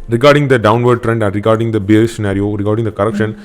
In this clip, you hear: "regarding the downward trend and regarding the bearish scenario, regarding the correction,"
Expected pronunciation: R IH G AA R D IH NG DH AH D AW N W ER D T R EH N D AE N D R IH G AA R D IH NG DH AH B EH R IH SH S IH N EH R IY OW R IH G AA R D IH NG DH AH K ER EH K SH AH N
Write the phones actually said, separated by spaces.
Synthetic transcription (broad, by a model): R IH G AA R D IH NG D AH D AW N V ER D T R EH N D AE N D R IH G AA R D IH NG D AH B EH IH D S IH N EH R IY OW R IH G AA R D IH NG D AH K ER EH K SH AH N